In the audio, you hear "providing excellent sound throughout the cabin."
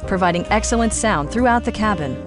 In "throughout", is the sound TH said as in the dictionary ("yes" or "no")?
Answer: yes